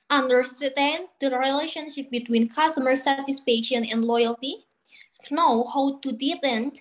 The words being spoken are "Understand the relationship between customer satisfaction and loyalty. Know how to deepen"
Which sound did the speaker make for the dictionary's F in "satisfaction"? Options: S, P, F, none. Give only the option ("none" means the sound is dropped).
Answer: P